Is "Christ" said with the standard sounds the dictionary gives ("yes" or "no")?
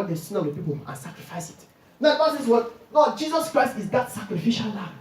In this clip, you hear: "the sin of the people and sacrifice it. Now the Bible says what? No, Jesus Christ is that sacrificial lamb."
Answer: yes